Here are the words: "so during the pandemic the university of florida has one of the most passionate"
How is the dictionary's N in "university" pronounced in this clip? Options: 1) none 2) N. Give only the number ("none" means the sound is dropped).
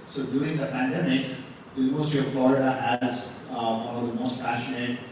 1